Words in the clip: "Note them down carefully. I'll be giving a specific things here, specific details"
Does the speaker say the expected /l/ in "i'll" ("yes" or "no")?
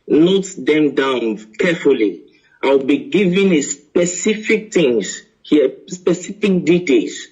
no